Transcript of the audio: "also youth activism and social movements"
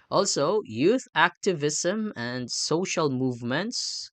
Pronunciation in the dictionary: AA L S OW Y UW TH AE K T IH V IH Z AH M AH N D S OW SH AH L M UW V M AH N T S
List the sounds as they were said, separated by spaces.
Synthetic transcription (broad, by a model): AA L S OW Y UW TH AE K T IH V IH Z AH M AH N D S OW SH AH L M UW V M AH N T S